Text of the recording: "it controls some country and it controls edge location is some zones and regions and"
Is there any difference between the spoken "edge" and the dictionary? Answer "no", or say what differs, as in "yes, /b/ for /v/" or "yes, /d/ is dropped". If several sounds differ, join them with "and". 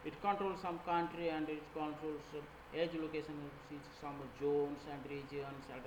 no